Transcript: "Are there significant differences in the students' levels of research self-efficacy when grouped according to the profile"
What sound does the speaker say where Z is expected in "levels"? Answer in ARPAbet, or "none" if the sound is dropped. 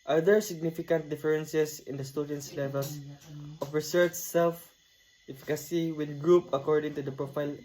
S